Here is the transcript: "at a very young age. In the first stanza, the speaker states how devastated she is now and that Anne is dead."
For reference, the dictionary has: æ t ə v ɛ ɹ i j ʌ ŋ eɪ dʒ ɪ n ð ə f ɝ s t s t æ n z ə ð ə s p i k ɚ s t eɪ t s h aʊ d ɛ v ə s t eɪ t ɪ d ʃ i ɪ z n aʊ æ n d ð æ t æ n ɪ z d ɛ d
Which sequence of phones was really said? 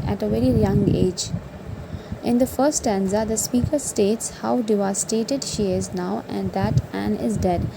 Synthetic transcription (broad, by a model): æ t ə v ɛ ɹ i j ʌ ŋ eɪ dʒ ɪ n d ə f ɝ t s t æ n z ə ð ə s p i k ɚ s t eɪ t s h aʊ d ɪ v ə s t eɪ t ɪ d ʃ i ɪ z n aʊ æ n d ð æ t æ n ɪ z d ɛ d